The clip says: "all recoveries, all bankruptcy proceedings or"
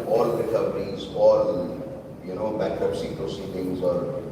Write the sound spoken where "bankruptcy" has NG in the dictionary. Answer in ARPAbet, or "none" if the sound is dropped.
none